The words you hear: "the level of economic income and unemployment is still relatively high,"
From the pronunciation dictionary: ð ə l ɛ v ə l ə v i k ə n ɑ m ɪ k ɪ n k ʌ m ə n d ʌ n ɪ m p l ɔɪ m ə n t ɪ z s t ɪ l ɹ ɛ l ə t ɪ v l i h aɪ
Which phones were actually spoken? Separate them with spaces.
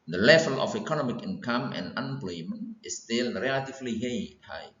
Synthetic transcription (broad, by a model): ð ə l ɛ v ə l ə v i k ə n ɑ m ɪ k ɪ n k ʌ m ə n n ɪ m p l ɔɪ m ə n ɪ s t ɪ l ɹ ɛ l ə t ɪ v l i h aɪ